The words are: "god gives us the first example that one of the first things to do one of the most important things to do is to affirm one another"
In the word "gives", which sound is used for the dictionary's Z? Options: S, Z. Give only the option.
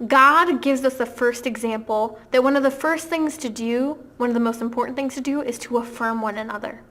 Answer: Z